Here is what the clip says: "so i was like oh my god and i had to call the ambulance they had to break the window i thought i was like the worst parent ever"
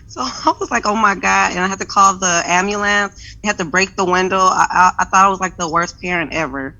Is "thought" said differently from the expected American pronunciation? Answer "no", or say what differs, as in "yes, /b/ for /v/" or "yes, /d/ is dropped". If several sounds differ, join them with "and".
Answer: no